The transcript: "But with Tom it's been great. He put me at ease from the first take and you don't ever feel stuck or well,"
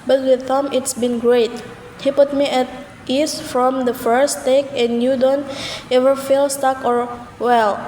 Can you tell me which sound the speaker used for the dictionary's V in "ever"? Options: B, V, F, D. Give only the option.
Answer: V